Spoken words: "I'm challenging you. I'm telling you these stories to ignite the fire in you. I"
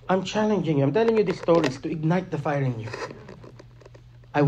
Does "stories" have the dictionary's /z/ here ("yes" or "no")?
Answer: no